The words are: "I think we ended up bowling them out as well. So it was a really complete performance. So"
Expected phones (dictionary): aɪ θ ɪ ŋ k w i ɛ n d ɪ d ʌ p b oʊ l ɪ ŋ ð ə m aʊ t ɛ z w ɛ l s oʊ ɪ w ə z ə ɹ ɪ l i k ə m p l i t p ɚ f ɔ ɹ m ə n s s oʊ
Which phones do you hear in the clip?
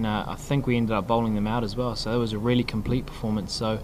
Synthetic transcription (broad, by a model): aɪ θ ɪ ŋ k w i ɛ n d ɪ d ʌ p b oʊ l ɪ ŋ ð ə m aʊ t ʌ z w ɛ l s oʊ ɪ w ə z ə ɹ ɪ l i k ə m p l i t p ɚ f ɔ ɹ m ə n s s oʊ